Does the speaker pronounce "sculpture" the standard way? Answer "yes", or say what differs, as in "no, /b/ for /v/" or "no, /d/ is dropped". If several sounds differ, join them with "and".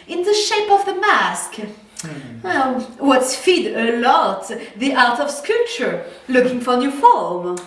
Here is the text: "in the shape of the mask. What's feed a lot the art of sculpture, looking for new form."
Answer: no, /l/ is dropped